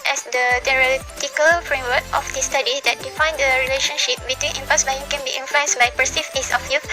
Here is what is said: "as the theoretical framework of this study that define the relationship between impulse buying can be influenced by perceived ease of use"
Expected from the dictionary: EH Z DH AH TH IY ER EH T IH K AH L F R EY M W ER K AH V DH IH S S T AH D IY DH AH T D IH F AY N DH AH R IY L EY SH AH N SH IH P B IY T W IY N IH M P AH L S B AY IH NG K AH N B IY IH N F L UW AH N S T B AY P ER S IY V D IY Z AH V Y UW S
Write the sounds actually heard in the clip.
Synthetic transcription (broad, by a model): EH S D AH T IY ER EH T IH K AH L F R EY M W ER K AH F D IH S S T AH D IY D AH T D IH F AY N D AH R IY L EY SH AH N SH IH P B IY T W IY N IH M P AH S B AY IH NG K AH N B IY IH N F L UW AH N S B AY P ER S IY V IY S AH F Y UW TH